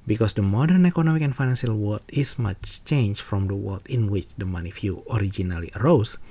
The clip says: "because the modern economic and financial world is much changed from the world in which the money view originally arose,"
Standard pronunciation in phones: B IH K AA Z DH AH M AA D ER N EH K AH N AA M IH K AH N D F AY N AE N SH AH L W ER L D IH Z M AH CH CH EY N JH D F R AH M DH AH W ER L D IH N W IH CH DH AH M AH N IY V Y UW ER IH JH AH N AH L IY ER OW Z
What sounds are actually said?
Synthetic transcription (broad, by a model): B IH K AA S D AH M AA D ER N EH K AH N AA M IH K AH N F AY N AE N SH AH L W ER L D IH S M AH CH CH EY N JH F R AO M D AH W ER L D IH N W IH CH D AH M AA N IY F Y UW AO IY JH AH N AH L IY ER OW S